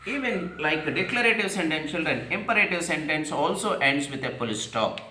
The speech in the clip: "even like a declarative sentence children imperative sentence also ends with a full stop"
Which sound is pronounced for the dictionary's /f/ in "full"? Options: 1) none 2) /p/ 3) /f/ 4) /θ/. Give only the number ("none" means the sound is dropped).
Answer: 2